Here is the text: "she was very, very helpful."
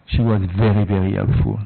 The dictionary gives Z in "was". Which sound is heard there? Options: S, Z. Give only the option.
Z